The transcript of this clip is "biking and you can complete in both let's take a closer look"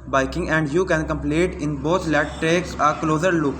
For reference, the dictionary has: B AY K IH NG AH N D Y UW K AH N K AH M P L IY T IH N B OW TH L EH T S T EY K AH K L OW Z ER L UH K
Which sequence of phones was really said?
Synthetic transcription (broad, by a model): B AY K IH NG AH N D Y UW K AH N K AH M P L IY T IH N B OW T L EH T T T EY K AH K L OW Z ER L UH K